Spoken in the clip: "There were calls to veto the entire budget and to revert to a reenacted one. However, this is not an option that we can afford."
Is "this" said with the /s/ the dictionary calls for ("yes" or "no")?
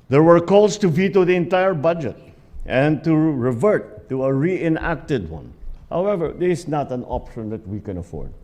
no